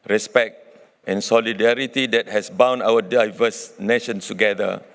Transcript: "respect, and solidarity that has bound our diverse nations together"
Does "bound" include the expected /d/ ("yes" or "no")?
no